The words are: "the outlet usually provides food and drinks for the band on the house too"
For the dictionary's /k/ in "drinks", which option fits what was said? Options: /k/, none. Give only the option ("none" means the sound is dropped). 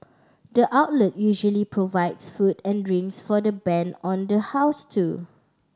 none